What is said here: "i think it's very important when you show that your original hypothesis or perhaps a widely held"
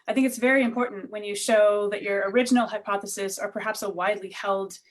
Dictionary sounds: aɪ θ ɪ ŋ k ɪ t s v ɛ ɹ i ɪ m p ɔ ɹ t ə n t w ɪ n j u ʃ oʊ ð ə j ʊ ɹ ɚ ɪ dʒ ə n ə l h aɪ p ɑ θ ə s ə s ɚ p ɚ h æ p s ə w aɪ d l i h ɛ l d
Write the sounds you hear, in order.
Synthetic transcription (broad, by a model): aɪ θ ɪ ŋ k ɪ t s v ɛ ɹ i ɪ m p ɔ ɹ t n t w ɪ n j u ʃ oʊ ð ə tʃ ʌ ɹ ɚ ɪ dʒ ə n l h aɪ p ɑ θ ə s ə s ɚ p ɚ h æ p s ə w aɪ d l i h ɛ l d